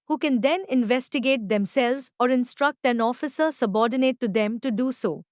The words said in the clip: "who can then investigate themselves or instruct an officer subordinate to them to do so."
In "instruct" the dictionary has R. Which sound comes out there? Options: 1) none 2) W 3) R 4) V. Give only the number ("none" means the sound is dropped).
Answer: 3